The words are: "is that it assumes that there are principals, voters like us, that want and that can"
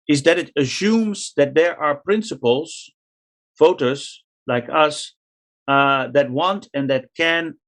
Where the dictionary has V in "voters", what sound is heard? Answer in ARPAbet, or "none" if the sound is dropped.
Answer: F